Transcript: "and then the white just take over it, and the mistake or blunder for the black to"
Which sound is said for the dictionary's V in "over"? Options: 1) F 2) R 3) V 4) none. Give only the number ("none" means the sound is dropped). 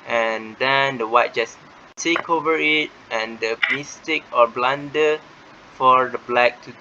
3